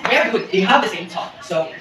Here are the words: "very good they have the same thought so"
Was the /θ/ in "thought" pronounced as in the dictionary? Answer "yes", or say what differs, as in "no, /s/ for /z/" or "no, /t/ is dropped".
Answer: no, /t/ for /θ/